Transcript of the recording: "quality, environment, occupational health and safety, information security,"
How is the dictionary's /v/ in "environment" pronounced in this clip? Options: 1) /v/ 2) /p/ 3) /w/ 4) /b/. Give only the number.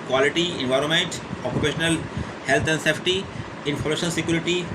1